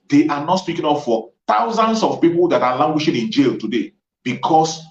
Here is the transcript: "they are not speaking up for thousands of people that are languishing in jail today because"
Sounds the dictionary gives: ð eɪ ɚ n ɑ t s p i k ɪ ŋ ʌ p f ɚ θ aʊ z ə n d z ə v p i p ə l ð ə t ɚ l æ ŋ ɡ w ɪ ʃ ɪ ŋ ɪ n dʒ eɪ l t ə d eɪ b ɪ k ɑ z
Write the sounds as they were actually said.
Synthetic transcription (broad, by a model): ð eɪ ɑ n ɑ t s p i k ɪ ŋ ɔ f f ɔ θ aʊ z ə n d s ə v p i p ə l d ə t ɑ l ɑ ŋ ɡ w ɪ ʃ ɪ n ɪ n dʒ eɪ l t ə d eɪ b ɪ k ɑ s